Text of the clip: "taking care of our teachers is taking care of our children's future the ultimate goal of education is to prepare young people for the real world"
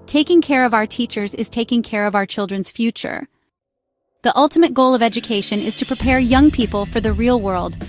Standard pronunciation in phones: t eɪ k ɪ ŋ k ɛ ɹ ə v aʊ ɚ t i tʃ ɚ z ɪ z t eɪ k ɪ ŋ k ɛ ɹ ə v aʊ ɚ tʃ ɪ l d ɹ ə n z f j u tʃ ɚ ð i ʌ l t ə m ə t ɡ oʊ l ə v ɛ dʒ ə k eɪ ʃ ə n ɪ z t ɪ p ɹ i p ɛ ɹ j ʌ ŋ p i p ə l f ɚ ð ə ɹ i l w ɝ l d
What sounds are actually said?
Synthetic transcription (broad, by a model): t eɪ k ɪ ŋ k ɛ ɹ ə v aʊ ɚ t i tʃ ɚ z ɪ z t eɪ k ɪ ŋ k ɛ ɹ ə v aʊ ɚ tʃ ɪ l d ɹ ə n z f j u tʃ ɚ ð i ʌ l t ə m ə t ɡ oʊ l ə v ɛ dʒ ə k eɪ ʃ ə n ɪ z t ɪ p ɹ i p ɛ ɹ j ʌ ŋ p i p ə l f ɚ ð ə ɹ i l w ɝ l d